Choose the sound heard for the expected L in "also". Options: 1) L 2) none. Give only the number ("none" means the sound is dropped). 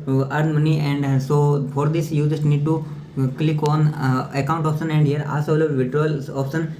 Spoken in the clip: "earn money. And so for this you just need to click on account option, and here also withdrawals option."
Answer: 2